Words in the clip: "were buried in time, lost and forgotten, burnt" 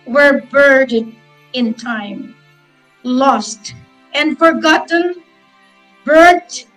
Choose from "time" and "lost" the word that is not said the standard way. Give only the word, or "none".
none